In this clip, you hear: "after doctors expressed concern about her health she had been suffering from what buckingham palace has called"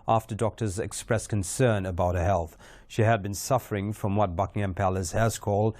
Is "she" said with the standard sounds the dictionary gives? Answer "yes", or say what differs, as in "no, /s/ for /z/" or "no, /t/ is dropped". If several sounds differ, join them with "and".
yes